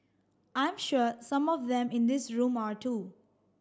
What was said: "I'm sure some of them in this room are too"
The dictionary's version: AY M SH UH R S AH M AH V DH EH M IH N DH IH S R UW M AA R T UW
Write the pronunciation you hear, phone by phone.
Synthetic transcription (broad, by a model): AY M SH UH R S AH M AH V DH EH M IH N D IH S R UW M AA R T UW